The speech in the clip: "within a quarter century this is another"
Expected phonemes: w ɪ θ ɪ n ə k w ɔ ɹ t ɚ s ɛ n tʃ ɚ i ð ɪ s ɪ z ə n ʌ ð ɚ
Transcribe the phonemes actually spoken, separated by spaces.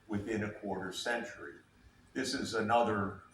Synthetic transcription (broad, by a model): w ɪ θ ɪ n ə k w ɔ ɹ t ɚ s ɛ n tʃ ɚ i ð ɪ s ɪ z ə n ʌ ð ɚ